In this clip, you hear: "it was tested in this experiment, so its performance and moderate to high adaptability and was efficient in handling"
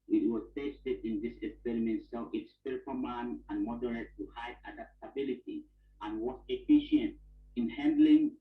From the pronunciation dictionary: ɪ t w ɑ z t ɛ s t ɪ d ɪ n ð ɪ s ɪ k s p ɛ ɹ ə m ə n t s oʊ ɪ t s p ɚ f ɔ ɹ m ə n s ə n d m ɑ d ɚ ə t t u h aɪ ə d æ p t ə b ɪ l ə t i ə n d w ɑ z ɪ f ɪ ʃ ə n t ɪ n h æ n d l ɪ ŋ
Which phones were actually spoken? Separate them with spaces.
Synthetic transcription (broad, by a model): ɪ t w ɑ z t ɛ s t ɪ d ɪ n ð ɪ s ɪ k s p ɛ ɹ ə m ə n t s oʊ ɪ t s p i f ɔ l m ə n ə n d m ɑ d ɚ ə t t u h aɪ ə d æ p t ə b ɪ l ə t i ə n w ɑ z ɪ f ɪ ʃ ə n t ɪ n h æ n d l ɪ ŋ